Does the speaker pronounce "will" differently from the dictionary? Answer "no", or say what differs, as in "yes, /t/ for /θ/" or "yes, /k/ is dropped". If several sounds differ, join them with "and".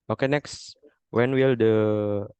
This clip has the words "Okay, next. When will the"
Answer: no